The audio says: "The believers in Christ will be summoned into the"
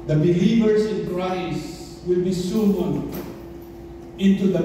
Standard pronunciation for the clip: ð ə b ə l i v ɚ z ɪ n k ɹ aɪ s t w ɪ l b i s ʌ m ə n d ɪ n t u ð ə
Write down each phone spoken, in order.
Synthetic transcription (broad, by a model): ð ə b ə l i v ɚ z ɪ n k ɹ aɪ s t w ɪ l b i s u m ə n ɪ n t u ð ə